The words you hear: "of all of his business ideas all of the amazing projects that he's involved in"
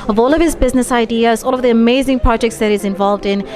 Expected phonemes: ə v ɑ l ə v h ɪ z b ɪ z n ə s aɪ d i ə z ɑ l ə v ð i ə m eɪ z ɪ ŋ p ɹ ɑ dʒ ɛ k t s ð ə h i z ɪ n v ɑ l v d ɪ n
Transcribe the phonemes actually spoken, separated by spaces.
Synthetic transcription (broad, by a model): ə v ɑ l ə v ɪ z b ɪ z n ə s aɪ d i ə z ɑ l ə v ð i ə m eɪ z ɪ ŋ p ɹ ɑ dʒ ɛ k t s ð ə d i z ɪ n v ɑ l v d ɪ n